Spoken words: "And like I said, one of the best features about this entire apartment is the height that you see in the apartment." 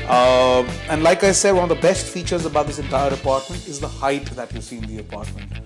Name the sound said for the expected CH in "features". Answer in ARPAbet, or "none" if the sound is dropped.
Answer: CH